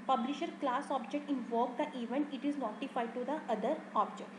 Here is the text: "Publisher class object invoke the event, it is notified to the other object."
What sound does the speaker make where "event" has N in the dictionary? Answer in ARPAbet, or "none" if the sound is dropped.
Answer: N